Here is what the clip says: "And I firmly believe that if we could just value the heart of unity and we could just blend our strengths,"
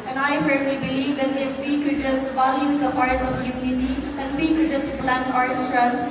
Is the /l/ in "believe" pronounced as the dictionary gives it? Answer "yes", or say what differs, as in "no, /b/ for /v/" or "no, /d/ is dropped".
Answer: yes